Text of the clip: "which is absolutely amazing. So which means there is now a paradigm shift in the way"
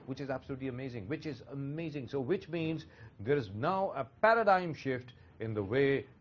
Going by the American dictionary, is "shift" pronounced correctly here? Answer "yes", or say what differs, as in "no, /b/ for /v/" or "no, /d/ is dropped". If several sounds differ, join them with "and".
yes